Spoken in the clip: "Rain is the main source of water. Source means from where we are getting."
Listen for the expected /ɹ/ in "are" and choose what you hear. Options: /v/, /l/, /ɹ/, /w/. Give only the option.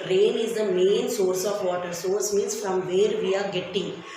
/ɹ/